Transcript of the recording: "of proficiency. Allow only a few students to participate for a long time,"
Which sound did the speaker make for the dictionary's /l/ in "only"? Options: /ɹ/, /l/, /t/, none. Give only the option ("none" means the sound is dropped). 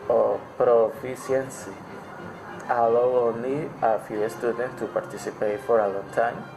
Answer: none